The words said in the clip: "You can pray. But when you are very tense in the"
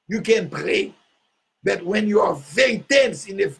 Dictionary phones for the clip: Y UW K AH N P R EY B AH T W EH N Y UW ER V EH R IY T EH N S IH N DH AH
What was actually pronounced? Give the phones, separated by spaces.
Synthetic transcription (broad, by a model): Y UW K AH N P R EY B AH T W EH N Y UW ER V EH R IY T EH N S IH N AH